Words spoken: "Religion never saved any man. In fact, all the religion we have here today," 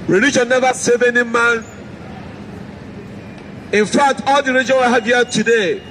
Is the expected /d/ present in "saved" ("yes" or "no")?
no